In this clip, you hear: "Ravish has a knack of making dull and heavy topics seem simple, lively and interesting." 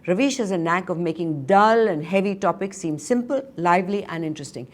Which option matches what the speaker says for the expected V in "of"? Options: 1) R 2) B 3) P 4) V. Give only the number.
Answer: 4